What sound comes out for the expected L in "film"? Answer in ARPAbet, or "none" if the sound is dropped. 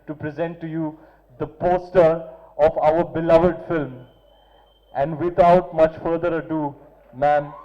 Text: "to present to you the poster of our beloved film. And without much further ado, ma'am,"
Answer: L